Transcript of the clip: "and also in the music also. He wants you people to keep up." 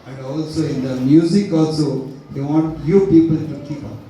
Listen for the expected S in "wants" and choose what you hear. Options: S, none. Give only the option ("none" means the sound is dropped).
none